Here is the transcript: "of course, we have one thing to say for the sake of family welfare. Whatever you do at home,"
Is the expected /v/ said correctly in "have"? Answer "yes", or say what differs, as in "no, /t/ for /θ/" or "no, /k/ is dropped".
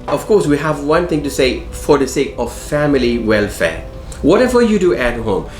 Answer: yes